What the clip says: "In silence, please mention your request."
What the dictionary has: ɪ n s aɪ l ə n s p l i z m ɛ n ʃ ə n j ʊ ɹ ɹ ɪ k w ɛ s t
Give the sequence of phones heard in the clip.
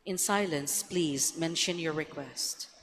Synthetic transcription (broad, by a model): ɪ n s aɪ l ə n s p l i z m ɛ n ʃ ə n j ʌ ɹ ɹ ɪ k w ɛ s t